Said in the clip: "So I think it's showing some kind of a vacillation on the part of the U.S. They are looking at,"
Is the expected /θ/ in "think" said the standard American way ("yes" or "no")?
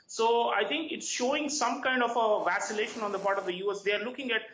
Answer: no